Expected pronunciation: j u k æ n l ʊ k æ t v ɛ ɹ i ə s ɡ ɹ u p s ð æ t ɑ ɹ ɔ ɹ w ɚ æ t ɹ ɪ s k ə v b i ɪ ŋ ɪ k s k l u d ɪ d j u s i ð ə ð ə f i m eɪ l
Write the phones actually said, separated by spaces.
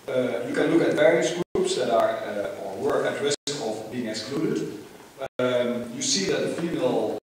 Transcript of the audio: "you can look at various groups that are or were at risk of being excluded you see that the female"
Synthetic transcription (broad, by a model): j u k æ n l ʊ k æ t v ɛ ɹ i ə s ɡ ɹ u p s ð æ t ɑ ɹ ɔ ɹ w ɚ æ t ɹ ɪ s ə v b i ɪ ŋ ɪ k s k l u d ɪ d j u s i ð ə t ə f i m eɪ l